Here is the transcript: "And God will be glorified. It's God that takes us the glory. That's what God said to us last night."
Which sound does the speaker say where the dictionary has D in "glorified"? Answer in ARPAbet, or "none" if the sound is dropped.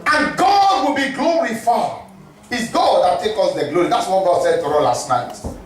none